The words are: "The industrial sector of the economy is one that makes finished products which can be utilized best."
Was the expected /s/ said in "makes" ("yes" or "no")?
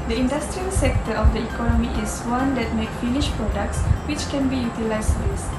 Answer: no